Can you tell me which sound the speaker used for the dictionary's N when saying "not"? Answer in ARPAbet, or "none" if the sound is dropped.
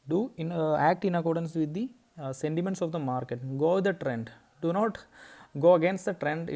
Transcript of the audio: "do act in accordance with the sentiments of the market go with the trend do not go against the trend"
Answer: N